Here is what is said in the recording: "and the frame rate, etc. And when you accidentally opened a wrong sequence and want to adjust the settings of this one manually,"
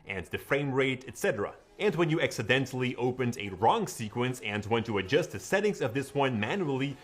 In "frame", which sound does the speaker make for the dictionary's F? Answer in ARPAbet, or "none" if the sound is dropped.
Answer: F